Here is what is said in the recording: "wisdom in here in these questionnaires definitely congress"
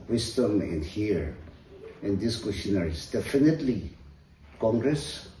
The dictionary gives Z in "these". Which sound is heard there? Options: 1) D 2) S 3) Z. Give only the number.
2